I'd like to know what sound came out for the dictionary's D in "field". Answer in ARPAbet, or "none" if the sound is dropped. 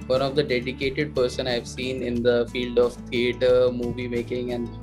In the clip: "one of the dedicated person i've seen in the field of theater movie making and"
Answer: D